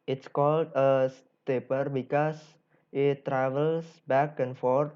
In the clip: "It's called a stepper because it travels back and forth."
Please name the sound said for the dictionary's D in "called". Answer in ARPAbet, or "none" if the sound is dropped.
D